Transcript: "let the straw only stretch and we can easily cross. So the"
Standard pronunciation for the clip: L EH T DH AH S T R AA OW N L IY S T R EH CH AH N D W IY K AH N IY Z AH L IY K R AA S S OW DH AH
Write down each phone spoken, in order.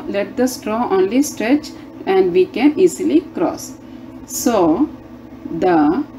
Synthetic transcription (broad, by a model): L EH T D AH S T R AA OW N L IY S T R EH CH AH N D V IY K AH N IY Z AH L IY K R AA S S OW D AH